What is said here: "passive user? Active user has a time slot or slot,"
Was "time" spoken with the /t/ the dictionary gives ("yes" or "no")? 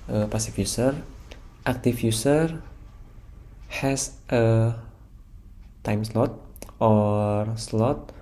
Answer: yes